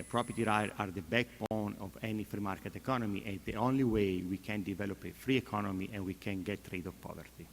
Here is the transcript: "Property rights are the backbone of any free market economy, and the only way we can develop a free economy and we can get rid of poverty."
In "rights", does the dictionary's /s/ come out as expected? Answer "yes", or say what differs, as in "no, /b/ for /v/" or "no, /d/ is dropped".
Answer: no, /s/ is dropped